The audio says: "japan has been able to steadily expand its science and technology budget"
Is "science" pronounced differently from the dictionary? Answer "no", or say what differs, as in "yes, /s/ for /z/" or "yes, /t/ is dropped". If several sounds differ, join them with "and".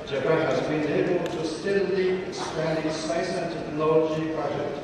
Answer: yes, /n/ is dropped